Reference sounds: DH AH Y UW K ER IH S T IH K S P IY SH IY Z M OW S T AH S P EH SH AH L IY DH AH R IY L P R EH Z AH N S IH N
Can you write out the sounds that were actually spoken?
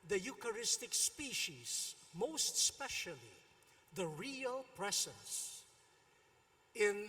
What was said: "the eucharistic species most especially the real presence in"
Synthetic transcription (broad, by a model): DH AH Y UW K ER IH S T IH K S P IY SH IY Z M OW S T S P EH SH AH L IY DH AH R IY L P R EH S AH S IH N